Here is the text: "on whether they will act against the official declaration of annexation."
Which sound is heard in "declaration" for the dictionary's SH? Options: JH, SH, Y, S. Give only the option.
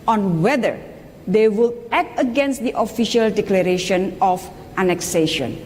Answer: SH